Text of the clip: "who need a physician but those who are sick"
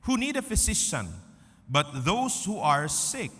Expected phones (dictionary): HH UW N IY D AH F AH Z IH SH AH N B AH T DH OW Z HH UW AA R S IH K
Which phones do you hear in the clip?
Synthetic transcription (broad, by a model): HH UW N IY D AH F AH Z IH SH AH N B AH T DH OW S HH UW AA R S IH K